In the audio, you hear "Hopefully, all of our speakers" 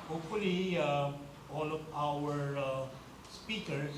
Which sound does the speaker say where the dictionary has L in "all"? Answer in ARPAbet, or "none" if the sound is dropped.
L